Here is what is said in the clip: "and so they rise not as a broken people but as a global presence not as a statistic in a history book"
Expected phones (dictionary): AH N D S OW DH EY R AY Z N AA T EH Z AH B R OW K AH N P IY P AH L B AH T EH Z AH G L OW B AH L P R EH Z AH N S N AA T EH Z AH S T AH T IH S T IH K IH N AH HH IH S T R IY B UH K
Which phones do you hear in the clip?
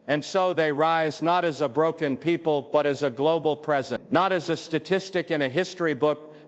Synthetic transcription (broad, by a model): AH N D S OW DH EY R AY Z N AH T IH Z AH B R OW K AH N P IY P AH L B AH T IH Z AH G L OW B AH L P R EH Z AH N N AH T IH Z AH S T AH T IH S T IH K IH N AH HH IH S T R IY B UH K